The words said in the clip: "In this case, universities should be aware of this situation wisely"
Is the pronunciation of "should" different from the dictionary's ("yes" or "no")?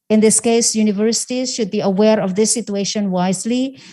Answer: no